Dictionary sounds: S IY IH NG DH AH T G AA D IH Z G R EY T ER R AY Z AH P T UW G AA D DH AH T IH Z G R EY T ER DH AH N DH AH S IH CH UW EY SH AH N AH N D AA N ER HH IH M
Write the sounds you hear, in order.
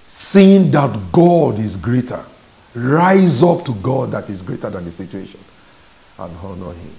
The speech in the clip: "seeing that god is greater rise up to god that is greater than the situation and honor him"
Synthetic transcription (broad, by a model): S IY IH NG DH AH T G AA D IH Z G R EY T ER R AY Z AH P T UW G AA D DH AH T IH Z G R EY T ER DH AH N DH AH S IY CH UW EY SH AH N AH N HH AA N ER HH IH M